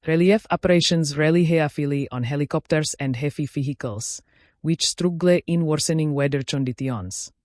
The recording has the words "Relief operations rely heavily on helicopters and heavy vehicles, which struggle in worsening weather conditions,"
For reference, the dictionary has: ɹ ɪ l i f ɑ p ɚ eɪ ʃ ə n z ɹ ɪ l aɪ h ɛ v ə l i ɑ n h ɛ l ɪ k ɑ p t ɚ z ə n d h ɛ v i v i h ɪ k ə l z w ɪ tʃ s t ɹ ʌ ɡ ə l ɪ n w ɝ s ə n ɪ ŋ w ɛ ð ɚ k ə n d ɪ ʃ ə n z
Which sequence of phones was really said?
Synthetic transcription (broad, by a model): ɹ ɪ l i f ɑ p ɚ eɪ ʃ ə n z ɹ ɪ l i h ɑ f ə l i ɑ n h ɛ l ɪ k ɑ p t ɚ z ə n d h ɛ f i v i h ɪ k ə l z w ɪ tʃ s t ɹ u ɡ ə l ɪ n w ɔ s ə n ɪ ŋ w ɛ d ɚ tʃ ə n d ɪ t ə n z